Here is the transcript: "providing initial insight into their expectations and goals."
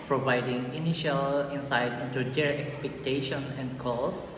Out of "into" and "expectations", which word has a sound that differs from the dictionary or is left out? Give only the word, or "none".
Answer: expectations